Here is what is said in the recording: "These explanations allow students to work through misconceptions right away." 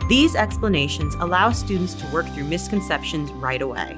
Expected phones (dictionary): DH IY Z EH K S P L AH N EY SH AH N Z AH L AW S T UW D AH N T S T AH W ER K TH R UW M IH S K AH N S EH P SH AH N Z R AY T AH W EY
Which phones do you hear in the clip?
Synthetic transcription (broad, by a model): DH IY Z EH K S P L AH N EY SH AH N Z AH L AW S T UW D N T S T AH W ER K TH R UW M IH S K AH N S EH P SH AH N Z R AY T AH W EY